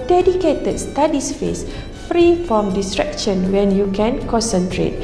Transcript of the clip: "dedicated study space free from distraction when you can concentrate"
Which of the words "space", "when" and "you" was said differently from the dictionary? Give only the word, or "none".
space